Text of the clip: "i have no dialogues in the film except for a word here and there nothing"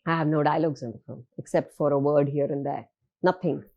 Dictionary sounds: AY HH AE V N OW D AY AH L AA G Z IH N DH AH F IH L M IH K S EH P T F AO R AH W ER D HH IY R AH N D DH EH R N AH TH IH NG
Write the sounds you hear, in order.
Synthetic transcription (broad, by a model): AY HH AE V N OW D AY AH L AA G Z IH N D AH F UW M IH K S EH P T F AO R AH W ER D HH IY R AH N D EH R N AH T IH NG